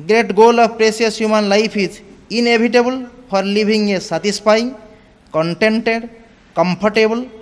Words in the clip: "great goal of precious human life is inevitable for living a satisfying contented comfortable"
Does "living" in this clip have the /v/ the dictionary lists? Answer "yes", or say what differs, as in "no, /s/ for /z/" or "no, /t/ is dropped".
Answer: no, /b/ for /v/